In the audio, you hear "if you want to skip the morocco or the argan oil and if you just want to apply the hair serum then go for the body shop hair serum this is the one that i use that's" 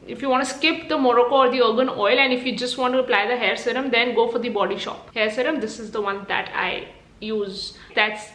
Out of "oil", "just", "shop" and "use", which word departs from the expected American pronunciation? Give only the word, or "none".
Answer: none